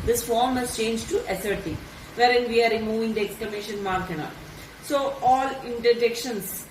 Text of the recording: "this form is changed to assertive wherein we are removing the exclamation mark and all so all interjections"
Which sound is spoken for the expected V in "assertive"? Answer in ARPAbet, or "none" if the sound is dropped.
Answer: V